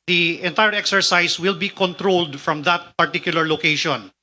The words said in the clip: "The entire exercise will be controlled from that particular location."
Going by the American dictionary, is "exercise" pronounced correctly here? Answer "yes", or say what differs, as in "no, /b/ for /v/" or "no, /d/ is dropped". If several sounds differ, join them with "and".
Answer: no, /s/ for /z/